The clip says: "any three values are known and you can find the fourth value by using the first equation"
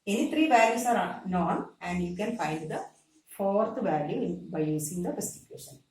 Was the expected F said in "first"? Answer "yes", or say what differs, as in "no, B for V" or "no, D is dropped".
no, P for F